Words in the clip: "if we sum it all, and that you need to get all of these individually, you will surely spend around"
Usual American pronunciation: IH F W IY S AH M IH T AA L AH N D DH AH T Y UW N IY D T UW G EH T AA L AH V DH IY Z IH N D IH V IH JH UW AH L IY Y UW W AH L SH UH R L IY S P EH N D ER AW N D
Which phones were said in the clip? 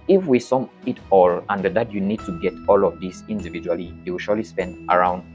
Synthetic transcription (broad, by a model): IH F W IY S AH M IH T AA L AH N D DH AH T Y UW N IY D T UW G EH T AA L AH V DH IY S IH N D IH V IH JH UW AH L IY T W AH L SH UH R L IY S P EH N D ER AW N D